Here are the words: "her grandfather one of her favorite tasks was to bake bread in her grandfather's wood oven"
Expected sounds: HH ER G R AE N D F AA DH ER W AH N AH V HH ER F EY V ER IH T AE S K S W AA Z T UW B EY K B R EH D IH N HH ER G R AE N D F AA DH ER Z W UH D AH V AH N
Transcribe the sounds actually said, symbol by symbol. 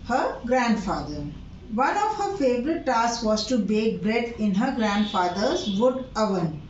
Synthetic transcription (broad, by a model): HH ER G R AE N D F AA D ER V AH N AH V HH ER F EY V ER IH T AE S S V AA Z T UW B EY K B R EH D IH N HH ER G R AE N D F AA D ER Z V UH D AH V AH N